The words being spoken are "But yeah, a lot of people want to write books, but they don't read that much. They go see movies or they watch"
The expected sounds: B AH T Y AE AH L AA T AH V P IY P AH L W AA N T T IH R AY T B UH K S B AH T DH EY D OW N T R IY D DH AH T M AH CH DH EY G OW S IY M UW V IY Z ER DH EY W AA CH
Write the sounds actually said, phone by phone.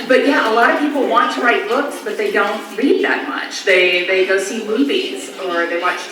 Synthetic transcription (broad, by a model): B AH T Y AE AH L AA T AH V P IY P L W AA N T T IH R AY T B UH K S B AH T DH EY D OW N T L IY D DH AH T M AH CH DH EY G OW S IY M UW V IY Z ER DH EY W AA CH